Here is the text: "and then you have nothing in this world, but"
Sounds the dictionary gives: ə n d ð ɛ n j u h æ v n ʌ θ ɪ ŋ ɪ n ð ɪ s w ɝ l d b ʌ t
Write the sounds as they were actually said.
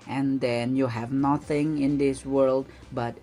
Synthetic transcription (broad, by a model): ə n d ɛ n j u h æ v n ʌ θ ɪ ŋ ɪ n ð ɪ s w ɝ l d b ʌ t